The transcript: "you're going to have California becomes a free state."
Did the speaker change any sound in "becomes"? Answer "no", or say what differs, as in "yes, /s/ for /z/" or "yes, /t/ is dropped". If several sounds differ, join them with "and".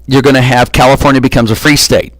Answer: no